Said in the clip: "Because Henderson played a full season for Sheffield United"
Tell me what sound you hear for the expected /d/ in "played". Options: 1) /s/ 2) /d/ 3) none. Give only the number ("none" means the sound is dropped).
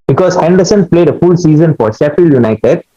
2